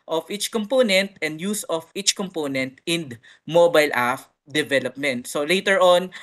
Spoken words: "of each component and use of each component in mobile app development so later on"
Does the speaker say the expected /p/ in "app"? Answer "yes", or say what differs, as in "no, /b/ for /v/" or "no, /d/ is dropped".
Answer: no, /f/ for /p/